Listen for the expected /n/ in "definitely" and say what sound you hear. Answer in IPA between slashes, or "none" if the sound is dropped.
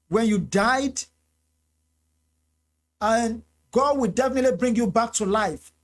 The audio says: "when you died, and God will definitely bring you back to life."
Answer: /n/